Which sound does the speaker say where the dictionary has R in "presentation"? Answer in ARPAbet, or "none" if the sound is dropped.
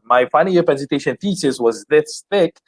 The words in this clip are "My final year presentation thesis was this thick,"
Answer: none